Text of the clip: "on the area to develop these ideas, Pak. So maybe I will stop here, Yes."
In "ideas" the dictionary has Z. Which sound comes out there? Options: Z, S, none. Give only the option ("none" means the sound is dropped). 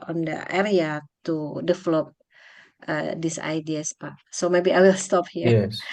S